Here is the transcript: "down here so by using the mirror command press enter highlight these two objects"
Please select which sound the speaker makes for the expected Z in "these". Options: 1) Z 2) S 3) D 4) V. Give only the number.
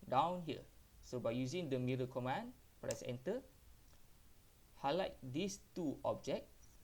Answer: 2